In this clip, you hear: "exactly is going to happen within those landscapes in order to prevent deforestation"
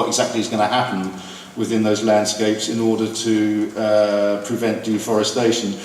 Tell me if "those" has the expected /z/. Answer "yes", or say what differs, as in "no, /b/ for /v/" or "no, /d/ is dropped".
yes